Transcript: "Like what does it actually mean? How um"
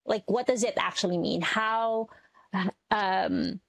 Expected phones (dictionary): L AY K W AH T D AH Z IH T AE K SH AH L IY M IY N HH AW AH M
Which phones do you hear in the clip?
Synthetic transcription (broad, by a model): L AY K W AH T D AH Z IH T AE K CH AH L IY M IY N HH AW AH M